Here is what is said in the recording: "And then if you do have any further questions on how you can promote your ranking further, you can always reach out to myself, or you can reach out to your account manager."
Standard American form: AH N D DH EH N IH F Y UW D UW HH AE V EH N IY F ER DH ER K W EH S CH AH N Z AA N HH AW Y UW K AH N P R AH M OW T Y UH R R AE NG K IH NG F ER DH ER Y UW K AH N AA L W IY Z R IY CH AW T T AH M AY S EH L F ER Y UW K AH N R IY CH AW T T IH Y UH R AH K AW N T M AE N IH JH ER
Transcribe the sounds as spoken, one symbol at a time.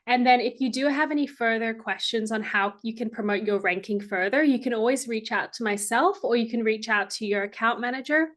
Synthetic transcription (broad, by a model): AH N DH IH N IH F Y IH D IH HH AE V EH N IY F ER DH ER K W EH S CH AH N Z N HH AW Y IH K AH N P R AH M OW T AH R R AE NG K IH NG F ER DH ER Y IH K AH N AA L W IY Z R IY CH AW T T AH M AY S EH L F ER Y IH K AH N R IY CH AW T T IH Y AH R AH K AW N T M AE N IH JH ER